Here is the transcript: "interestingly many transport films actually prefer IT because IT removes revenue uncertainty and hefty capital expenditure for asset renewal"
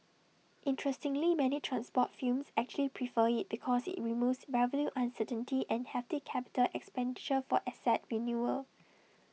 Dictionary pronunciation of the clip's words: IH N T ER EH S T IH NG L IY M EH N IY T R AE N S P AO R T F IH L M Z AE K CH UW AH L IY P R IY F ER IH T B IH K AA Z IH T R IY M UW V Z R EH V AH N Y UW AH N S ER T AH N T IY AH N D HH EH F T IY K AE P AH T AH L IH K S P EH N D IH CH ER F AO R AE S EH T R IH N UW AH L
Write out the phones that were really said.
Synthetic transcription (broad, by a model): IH N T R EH S T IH NG L IY M EH N IY T R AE N S P AO T F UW M S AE K CH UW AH L IY P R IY F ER IH T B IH K AA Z IH T R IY M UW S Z R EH V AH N Y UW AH N S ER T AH N T IY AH N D HH EH F T IY K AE P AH T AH L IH K S P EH N D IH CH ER F AO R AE S EH T R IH N UW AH L